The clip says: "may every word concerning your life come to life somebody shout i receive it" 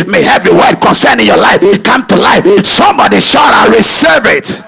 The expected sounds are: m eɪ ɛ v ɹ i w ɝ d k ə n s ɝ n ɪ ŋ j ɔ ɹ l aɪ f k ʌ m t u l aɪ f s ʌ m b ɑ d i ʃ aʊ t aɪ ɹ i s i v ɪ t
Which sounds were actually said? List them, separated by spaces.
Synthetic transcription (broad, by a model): m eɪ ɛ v i w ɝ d k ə n s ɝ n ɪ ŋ j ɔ l aɪ f k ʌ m t u l aɪ f s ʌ m b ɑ d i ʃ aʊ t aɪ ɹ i s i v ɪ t